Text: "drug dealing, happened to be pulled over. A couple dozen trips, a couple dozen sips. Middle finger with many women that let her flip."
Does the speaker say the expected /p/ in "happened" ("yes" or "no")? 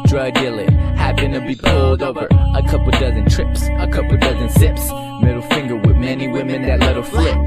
no